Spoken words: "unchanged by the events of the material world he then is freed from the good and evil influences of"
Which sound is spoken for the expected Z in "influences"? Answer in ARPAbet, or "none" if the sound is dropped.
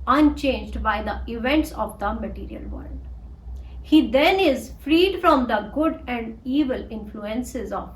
Z